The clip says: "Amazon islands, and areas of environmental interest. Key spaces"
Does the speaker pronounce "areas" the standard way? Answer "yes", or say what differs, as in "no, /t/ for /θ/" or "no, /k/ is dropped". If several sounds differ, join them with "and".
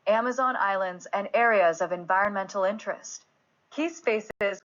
yes